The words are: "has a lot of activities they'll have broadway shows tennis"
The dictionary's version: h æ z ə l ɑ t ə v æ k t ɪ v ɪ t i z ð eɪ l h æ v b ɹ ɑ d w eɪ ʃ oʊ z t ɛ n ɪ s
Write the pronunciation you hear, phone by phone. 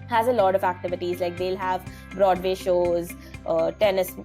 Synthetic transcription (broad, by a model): h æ z ə l ɑ t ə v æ k t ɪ v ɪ t i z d eɪ l h æ v b ɹ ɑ d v eɪ ʃ oʊ z t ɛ n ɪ s